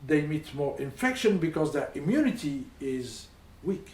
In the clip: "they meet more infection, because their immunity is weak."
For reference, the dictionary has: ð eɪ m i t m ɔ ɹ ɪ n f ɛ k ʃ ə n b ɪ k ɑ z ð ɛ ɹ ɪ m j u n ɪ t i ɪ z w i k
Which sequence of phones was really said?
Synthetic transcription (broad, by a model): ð eɪ m i t m ɔ ɹ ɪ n f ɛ k ʃ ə n b ɪ k ɑ z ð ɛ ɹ ɪ m j u n ɪ t i ɪ z w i k